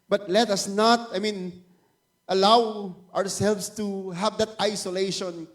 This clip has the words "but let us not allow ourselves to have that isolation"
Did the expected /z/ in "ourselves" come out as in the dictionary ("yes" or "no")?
no